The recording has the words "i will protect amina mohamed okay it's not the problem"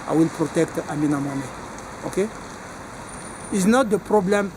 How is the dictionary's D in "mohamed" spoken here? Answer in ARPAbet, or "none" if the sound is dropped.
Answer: none